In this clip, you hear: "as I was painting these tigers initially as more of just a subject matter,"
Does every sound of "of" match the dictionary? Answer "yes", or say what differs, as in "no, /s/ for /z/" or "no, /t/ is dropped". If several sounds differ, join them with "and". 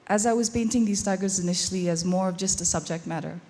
yes